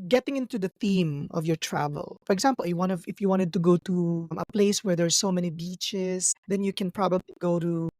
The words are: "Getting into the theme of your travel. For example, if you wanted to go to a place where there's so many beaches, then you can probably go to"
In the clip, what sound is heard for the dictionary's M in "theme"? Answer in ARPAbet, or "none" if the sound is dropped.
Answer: M